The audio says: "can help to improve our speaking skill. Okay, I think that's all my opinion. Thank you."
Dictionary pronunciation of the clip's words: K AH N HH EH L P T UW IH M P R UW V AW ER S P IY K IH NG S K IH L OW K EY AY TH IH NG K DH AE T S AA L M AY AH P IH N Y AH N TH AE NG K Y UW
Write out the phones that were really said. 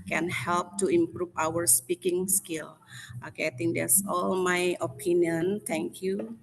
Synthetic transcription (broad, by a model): K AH N HH EH L P T UW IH M P R UW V AW ER S P IY K IH NG S K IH L OW K EY AY T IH NG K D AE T S AA L M AY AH P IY N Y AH N T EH NG K Y UW